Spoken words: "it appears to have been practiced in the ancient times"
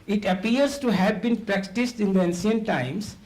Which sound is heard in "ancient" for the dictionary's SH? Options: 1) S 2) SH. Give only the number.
1